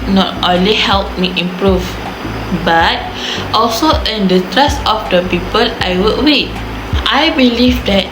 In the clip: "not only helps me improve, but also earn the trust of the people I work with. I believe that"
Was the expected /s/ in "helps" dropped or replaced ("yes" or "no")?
yes